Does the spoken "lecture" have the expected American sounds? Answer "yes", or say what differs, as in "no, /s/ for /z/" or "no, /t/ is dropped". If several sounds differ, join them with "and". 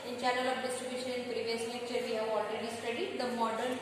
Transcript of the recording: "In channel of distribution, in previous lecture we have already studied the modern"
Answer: no, /n/ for /l/ and /k/ is dropped